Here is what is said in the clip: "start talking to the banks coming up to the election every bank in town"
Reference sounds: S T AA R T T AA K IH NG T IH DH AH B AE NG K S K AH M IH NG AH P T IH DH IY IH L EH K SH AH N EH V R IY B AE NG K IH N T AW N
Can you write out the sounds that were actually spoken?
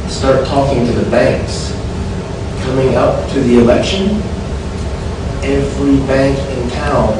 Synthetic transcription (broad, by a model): S T AA R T T AA K IH NG T IH DH AH B AE NG K S K AH M IH NG AH P T IH DH IY IH L EH K SH AH N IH F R IY B AE NG K IH N T AW N